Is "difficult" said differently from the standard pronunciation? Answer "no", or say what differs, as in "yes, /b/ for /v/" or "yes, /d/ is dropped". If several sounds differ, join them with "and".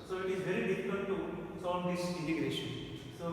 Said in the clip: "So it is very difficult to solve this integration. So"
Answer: yes, /n/ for /l/